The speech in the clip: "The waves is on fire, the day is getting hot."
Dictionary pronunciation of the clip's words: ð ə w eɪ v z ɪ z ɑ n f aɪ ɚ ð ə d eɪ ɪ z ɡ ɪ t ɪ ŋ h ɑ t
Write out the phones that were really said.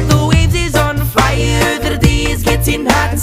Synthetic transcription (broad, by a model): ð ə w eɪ z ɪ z ɑ n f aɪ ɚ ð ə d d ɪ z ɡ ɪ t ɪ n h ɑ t